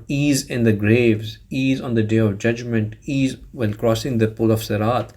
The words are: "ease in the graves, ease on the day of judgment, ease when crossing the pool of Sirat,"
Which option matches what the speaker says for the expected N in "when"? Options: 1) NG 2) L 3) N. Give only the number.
2